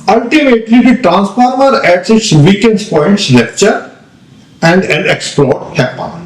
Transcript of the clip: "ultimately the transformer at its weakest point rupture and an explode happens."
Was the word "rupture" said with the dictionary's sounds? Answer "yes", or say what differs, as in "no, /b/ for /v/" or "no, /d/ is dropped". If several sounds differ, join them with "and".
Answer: no, /l/ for /ɹ/